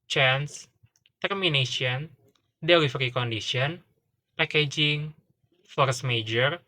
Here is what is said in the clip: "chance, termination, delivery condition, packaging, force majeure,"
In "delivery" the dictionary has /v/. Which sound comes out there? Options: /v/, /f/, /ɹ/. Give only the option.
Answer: /f/